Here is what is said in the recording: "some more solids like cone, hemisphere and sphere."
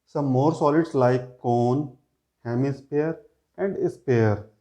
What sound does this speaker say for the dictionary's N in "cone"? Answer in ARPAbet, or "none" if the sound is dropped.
N